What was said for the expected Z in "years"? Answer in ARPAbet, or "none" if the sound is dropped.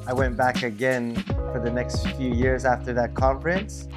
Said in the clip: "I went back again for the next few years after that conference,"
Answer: Z